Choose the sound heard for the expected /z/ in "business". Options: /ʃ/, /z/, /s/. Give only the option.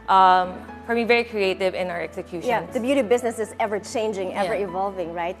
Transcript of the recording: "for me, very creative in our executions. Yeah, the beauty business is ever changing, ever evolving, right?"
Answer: /z/